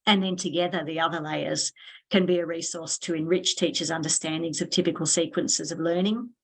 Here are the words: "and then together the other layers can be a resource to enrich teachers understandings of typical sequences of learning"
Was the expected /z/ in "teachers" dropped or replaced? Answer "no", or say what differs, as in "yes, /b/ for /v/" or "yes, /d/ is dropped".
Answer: no